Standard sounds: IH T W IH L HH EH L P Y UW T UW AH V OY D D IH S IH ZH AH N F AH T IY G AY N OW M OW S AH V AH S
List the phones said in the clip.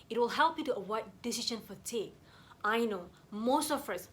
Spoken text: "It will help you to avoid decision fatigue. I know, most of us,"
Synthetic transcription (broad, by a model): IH T W IH L HH EH L P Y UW T UW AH W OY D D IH S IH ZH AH N F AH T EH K AY N OW M OW S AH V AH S